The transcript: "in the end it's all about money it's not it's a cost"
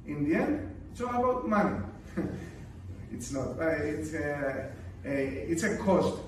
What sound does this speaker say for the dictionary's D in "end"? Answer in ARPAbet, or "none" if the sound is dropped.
none